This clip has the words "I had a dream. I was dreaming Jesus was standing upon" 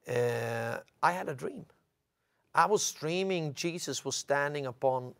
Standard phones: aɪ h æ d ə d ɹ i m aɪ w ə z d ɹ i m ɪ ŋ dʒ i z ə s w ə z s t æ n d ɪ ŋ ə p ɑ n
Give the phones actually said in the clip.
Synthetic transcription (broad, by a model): aɪ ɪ d ə d ɹ i m aɪ w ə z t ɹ i m ɪ ŋ dʒ i z ə s w ə z s t æ n d ɪ ŋ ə p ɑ n